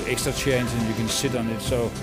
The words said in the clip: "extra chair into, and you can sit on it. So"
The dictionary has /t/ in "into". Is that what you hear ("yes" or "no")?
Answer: no